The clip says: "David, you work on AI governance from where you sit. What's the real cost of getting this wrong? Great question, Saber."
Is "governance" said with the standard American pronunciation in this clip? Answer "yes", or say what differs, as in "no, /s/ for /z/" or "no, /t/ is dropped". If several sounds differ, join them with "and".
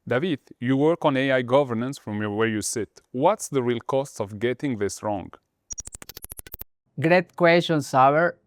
yes